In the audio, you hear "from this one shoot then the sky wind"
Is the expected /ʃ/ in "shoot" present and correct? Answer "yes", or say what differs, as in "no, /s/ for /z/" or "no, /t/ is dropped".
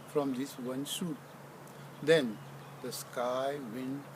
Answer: no, /s/ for /ʃ/